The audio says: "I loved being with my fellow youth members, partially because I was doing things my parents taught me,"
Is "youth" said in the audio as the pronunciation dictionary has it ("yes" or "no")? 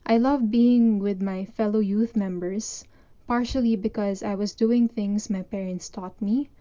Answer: yes